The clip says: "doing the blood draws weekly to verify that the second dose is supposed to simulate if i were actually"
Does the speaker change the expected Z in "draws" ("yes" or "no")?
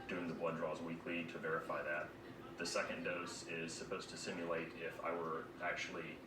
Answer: no